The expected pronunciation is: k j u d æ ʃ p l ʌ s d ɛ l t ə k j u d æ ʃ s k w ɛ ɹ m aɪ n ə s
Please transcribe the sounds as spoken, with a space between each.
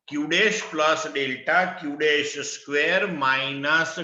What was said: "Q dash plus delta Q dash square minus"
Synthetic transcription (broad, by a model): k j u d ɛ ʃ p l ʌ s d ɛ l t ə k j u d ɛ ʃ s k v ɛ ɹ m aɪ n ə s